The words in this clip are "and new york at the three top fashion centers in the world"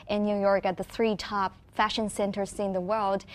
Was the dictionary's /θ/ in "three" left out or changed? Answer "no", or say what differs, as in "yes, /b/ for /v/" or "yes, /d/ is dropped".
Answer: no